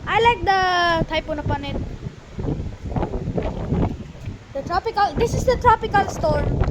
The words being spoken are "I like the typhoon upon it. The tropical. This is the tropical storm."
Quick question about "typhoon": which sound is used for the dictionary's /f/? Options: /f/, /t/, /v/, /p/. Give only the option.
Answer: /p/